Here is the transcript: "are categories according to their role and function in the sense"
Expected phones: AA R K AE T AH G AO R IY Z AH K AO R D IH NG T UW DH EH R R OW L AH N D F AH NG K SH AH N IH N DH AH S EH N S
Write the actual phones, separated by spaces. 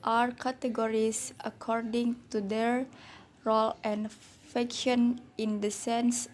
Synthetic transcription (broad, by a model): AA R K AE T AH G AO R IY S AH K AO R D IH NG T UW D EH R R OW L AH N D F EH K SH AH N IH N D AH S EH N S